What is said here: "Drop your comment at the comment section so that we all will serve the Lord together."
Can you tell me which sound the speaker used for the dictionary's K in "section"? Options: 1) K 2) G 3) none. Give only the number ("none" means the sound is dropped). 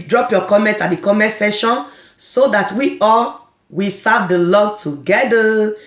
3